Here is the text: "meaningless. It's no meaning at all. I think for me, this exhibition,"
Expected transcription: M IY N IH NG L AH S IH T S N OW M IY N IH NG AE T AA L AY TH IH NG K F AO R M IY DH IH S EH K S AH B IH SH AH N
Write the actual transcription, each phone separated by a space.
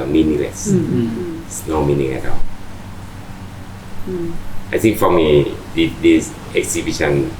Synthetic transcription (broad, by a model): M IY N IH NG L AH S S N OW M IY N IH NG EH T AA AY T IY NG K F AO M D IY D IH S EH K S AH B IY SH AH N